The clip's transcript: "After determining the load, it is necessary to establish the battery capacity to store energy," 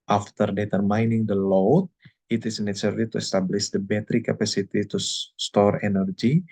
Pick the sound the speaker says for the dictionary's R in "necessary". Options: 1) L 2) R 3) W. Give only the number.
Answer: 1